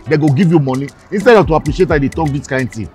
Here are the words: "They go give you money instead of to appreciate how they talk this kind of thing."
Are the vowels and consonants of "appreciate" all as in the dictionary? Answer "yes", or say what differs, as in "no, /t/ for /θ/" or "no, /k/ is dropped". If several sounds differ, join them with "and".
yes